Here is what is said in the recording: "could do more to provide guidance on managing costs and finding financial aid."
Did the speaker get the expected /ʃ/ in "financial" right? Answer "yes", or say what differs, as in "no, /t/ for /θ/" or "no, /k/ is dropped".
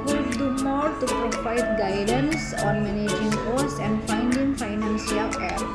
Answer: no, /s/ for /ʃ/